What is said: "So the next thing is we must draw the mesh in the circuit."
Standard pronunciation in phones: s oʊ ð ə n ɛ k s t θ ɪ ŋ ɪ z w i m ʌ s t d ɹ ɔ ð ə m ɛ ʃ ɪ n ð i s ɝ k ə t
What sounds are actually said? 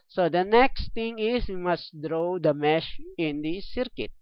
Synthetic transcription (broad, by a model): s oʊ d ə n ɛ k s t t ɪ ŋ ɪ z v i m ʌ s t d ɹ ɔ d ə m ɛ ʃ ɪ n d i s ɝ k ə t